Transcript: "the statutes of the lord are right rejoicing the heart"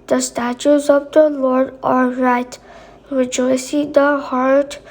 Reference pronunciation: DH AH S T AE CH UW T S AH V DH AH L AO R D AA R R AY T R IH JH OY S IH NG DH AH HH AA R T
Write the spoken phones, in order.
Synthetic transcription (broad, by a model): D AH S T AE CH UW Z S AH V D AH L AO R D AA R R AY T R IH JH OY S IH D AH HH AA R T